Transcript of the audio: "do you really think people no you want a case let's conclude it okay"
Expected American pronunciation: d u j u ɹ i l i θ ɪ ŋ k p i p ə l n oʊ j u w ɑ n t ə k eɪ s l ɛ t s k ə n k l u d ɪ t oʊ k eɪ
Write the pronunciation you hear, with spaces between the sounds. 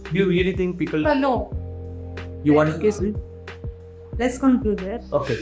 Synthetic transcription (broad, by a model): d j u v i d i t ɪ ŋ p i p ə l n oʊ j u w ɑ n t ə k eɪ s l ɛ t s k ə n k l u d ɪ t oʊ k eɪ